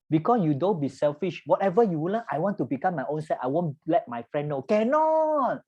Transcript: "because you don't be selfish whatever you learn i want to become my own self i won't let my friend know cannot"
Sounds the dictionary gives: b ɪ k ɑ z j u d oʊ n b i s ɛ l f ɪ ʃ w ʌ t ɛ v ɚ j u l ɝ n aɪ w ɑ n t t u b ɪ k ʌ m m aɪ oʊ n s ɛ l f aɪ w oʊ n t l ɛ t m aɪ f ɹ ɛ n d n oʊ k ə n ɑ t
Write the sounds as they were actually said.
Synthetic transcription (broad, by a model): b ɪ k ɑ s j u d oʊ n b i s ɛ l f ɪ ʃ w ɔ t ɛ v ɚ j u w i l aɪ w ɑ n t t u b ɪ k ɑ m m aɪ oʊ n s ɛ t aɪ w oʊ n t l ɛ t m aɪ f ɹ ɛ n n oʊ k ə n ɑ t